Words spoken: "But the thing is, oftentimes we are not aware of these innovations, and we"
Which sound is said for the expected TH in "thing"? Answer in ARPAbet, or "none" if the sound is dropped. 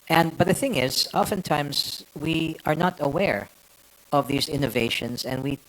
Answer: TH